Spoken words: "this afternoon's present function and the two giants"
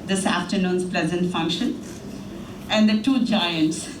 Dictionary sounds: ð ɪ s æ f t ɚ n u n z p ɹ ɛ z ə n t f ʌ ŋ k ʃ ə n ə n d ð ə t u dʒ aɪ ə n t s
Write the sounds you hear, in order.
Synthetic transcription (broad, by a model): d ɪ s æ f t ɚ n u n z p l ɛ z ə n t f ʌ ŋ k ʃ ə n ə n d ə t u dʒ aɪ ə n t s